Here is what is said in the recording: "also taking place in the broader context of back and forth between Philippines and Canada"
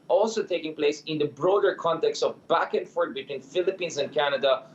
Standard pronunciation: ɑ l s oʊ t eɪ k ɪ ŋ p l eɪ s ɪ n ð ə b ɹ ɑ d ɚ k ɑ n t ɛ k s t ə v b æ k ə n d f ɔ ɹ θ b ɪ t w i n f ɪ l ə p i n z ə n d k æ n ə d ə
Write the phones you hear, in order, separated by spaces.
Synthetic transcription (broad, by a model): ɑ l s oʊ t eɪ k ɪ ŋ p l eɪ s ɪ n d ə b ɹ ɑ d ɚ k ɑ n t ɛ k s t ə v b æ k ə n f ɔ ɹ t b ɪ t w i n f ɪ l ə p i n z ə n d k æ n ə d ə